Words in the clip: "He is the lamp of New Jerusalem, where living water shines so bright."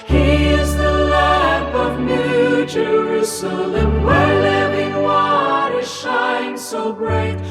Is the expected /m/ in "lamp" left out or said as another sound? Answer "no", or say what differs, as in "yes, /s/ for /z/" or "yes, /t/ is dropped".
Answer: yes, /m/ is dropped